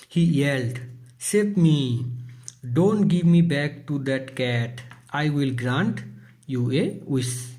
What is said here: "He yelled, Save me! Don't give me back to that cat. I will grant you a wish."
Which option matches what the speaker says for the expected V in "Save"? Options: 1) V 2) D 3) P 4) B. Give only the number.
3